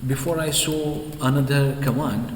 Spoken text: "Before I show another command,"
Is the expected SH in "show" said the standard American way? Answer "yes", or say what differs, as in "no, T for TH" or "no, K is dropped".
no, S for SH